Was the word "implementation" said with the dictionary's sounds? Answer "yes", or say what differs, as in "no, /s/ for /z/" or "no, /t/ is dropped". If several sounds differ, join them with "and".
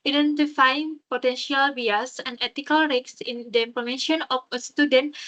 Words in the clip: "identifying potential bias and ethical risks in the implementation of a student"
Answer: no, /ʃ/ is dropped